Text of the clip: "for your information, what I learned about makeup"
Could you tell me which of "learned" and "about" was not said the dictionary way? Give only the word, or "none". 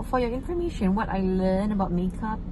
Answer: learned